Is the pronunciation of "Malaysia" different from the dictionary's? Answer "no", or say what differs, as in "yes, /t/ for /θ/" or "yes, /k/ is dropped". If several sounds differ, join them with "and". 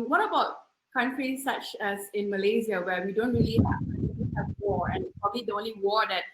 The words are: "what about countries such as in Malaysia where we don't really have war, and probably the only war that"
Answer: yes, /z/ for /ʒ/